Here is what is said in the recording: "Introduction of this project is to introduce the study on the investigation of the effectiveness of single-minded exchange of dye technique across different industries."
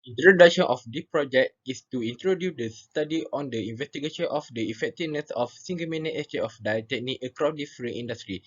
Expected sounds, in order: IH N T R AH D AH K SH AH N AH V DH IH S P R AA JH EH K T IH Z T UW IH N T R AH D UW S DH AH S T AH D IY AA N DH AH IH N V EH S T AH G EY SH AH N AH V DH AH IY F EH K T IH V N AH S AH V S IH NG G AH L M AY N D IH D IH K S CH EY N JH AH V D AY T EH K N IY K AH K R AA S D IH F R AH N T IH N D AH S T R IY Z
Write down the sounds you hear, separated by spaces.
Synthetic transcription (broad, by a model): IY N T R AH D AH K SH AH N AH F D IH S P R AA JH EH K T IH S T UW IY N T R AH D UW S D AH S T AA D IY AA N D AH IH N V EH S T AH G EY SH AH N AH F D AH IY F EH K T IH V N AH S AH F S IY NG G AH M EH N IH IH S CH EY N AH F D AY T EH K N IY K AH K R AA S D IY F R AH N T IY N D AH S T R IY